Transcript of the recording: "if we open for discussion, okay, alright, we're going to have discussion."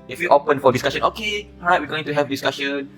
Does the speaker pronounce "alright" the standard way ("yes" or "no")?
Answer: no